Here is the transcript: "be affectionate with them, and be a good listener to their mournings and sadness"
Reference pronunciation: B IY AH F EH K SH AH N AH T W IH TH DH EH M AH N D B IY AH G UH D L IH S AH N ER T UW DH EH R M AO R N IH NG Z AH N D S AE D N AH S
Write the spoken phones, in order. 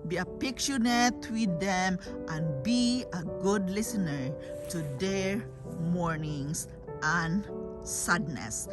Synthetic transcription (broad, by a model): B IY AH P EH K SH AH N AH T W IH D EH M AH N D B IY AH G UH D L IH S AH N ER T UW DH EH R M AO R N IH NG S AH N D S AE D N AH S